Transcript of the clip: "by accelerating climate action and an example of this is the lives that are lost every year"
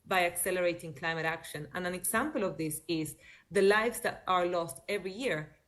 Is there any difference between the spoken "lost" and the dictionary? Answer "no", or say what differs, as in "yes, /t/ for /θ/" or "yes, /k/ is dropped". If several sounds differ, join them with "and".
no